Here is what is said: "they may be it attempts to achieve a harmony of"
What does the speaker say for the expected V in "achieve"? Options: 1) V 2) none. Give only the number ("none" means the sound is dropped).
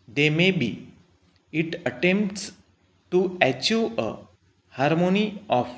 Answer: 2